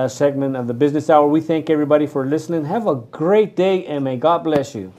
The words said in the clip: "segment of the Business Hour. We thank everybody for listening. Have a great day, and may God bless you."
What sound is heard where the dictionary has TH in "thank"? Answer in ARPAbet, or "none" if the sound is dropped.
TH